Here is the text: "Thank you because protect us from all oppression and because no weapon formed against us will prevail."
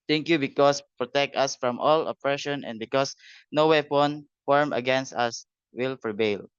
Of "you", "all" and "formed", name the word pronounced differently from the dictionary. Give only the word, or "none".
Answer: formed